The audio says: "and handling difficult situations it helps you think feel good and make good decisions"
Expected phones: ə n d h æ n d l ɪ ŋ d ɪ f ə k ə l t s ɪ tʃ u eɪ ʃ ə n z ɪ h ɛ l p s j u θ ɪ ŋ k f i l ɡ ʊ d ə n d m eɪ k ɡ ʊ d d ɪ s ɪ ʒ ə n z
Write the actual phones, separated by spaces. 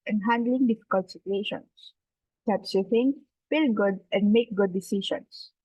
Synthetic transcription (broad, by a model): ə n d h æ n d l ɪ ŋ d ɪ f ə k ə l t s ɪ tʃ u eɪ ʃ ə n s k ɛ p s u f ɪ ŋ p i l ɡ ʊ d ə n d m eɪ k ɡ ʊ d d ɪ s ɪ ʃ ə n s